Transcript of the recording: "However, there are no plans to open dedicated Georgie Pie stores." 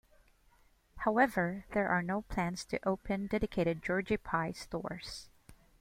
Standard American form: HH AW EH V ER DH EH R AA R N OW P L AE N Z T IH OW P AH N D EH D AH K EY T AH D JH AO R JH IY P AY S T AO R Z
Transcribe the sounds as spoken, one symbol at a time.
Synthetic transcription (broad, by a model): HH AW EH V ER DH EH R AA R N OW P L AE N Z T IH OW P AH N D EH D AH K EY T AH D JH AO R JH IY P AY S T AO R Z